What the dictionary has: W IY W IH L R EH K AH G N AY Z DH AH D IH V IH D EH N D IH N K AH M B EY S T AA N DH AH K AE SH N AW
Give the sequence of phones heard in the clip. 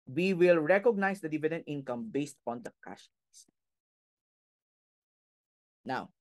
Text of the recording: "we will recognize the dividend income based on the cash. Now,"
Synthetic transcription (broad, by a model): W IY W IH L R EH K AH G N AY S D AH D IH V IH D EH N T IH N K AH M B EY S T AA N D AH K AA S N AW